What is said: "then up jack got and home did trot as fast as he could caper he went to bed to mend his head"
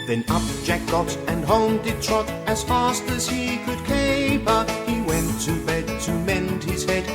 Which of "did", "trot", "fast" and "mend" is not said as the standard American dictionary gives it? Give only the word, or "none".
none